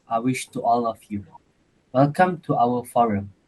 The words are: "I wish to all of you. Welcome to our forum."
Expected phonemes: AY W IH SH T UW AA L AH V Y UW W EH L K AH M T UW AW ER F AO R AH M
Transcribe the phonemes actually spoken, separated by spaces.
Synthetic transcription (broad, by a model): AY W IH SH T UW AA L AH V Y UW W EH L K AH M T UW AW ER F AO R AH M